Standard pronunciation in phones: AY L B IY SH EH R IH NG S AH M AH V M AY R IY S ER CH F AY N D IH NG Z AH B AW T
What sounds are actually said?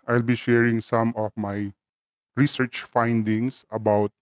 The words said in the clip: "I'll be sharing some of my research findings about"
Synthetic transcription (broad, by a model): AY L B IY SH EH R IH NG S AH M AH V M AY R IY S ER CH F AY N D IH NG S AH B AW T